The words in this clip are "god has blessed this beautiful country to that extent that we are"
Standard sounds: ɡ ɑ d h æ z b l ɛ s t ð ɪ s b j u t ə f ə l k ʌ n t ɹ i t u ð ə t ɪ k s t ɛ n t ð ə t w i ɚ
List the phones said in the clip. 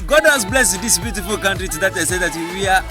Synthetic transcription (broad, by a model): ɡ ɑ d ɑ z b l ɛ s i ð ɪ s b j u t ə f ə l k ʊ n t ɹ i t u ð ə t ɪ s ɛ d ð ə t w i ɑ